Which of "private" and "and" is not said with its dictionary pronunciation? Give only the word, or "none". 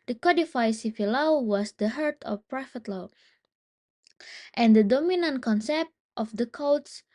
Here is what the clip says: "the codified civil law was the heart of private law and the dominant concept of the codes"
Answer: private